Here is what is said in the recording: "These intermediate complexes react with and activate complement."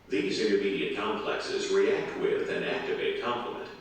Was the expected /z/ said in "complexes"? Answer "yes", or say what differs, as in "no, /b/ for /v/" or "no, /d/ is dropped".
yes